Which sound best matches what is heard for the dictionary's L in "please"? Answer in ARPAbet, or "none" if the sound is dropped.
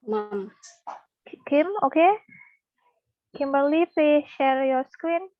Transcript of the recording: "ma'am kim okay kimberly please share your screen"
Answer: none